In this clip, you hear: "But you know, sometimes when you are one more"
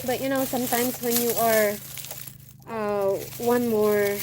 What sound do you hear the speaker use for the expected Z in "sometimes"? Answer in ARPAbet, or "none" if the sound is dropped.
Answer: S